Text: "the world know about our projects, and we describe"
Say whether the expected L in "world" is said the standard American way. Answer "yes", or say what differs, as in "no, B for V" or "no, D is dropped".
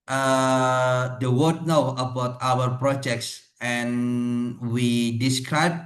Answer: no, W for L